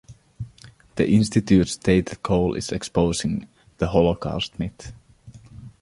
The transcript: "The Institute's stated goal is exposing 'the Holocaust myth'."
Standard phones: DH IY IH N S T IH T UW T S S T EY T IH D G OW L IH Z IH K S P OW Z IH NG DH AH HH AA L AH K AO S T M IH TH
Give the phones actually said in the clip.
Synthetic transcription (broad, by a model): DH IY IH N S T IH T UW T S S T EY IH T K OW L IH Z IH K S P OW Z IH NG DH AH HH AA L AH K AO S T M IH T